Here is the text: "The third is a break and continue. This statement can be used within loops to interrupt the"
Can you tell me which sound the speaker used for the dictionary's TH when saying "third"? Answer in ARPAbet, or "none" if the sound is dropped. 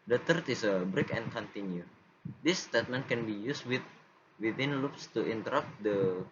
T